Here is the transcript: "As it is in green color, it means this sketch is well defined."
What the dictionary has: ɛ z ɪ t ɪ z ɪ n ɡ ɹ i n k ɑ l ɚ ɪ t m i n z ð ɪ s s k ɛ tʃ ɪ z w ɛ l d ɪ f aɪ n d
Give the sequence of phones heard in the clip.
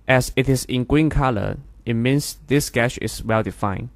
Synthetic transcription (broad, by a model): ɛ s ɪ t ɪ s ɪ n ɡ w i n k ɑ l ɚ ɪ t m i n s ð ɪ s s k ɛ ʃ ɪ s w ɛ l d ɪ f aɪ n